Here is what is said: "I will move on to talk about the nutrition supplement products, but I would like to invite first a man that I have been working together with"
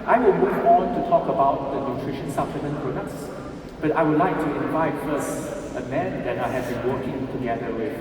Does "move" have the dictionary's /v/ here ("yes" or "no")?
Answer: no